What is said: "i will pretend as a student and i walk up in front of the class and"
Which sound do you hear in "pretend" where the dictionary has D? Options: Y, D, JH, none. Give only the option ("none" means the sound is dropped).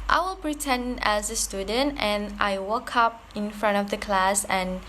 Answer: none